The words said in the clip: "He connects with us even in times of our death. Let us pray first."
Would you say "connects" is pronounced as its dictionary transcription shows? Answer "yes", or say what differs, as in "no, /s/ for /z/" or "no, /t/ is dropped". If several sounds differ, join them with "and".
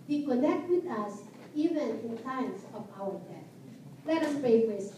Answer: no, /s/ is dropped